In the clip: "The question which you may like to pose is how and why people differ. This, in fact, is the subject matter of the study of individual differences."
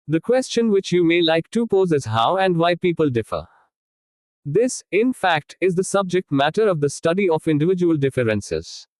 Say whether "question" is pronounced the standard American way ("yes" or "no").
yes